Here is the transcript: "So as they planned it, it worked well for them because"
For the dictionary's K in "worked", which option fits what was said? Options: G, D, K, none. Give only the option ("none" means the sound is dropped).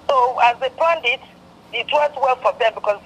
none